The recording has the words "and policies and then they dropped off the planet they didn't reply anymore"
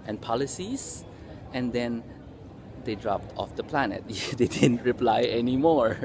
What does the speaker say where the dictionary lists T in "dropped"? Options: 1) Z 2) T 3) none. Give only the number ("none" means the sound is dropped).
2